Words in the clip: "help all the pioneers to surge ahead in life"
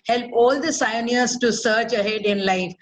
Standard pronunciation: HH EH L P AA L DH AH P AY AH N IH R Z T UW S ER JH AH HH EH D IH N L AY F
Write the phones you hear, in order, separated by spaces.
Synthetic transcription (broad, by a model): HH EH L P AA L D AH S AY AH N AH R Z T UW S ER CH AH HH EH D IH N L AY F